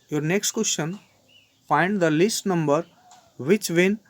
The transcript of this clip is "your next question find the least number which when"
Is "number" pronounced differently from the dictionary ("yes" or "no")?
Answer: no